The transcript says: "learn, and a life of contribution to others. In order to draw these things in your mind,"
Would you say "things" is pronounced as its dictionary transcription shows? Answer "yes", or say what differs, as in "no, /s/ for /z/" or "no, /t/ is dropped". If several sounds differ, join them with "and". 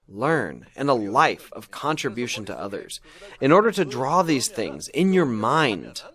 yes